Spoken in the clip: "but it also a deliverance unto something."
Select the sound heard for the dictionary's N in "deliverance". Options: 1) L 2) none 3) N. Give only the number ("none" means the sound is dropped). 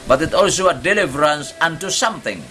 3